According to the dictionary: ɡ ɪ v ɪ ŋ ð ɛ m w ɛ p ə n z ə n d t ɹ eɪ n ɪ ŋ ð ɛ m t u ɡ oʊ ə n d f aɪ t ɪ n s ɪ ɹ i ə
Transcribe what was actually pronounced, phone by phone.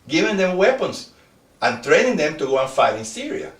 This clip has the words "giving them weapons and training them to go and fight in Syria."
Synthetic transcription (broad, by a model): ɡ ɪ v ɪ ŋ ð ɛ m w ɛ p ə n s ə n t ɹ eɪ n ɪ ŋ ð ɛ m t u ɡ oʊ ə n f aɪ t ɪ n s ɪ ɹ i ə